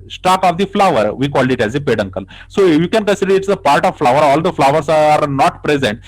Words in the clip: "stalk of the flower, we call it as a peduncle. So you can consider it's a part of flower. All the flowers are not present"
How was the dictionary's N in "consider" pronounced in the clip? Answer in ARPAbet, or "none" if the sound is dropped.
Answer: N